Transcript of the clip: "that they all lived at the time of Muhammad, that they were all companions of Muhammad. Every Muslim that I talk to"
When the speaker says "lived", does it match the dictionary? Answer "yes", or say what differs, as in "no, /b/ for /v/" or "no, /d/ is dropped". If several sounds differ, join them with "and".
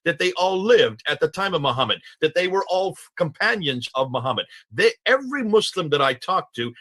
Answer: yes